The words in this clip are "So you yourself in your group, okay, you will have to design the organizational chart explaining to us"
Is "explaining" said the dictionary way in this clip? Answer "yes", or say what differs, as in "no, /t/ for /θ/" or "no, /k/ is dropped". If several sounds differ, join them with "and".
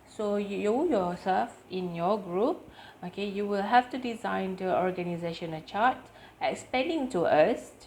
no, /l/ is dropped